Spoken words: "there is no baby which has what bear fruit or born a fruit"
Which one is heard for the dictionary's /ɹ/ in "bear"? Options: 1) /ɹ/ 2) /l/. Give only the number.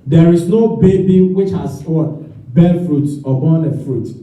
2